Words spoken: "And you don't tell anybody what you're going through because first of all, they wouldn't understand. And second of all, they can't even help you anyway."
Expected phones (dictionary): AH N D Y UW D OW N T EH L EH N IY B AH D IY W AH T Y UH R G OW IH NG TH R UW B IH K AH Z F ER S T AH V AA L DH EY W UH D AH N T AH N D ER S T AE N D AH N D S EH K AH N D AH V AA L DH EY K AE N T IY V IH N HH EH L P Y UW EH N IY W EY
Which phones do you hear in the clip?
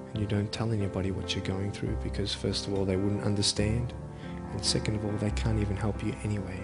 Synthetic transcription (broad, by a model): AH N Y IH D OW N T EH L EH N IY B AH D IY W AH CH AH R G OW IH NG TH R UW B IH K AH Z F ER S T AH V AA L DH EY W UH D N T AH N D ER S T AE N D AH N S EH K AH N D AH V AA L DH EY K AE N T IY V IH N HH EH L P Y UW EH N IY W EY